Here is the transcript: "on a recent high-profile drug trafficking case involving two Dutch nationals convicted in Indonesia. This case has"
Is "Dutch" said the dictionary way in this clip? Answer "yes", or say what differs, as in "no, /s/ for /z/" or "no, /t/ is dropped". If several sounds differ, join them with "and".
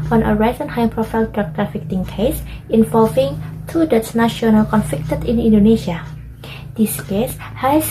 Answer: no, /s/ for /tʃ/